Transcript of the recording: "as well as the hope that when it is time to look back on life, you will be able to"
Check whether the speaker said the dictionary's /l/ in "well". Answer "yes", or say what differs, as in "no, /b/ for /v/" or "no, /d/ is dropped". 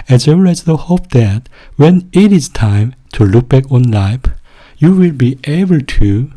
no, /n/ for /l/